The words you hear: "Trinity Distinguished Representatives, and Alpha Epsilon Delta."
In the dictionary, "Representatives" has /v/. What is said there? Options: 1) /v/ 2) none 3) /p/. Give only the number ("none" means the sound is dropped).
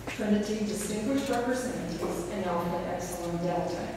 2